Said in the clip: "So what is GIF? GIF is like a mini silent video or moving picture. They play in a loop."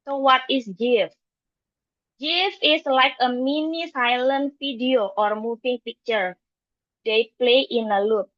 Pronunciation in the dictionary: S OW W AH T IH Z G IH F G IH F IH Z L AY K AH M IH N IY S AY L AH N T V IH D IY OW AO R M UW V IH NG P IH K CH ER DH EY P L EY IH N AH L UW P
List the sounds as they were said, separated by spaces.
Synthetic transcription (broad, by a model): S OW W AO T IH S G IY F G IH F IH S L AY K AH M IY N IY S AY L AH N T F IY D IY OW AO R M UW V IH NG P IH K CH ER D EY P L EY IH N AH L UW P